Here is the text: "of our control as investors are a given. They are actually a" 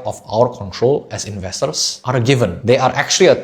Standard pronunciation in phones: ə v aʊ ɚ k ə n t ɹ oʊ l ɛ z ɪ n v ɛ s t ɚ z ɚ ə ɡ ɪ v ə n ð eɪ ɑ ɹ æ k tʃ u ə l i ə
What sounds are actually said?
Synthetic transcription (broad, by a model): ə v aʊ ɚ k ə n t ɹ oʊ l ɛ s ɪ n v ɛ s t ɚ s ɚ ə ɡ ɪ v ə n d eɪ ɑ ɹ æ k tʃ u ə l i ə